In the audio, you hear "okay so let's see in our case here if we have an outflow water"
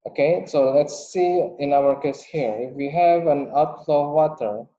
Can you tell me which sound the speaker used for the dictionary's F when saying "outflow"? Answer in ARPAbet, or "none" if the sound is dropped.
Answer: none